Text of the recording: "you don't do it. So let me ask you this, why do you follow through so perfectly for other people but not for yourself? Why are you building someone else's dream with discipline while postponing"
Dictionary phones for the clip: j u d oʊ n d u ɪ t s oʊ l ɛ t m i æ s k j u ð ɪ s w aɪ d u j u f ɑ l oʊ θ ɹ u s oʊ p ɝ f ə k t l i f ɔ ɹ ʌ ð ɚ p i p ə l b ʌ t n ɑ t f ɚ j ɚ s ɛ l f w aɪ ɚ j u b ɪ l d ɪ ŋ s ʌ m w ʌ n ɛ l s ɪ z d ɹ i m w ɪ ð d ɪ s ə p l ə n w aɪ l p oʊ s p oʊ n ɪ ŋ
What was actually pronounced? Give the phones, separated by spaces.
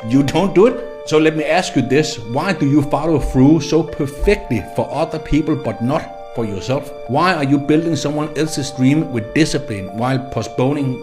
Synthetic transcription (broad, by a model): j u d oʊ n d u ɪ t s oʊ l ɛ t m i æ s k j u ð ɪ s w aɪ d u j u f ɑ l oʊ f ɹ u s oʊ p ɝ f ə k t l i f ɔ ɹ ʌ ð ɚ p i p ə l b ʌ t n ɑ t f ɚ j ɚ s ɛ l f w aɪ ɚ j u b ɪ l d ɪ ŋ s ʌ m w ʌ n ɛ l s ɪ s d ɹ i m w ɪ ð d ɪ s ə p l ə n w aɪ l p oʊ s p oʊ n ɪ ŋ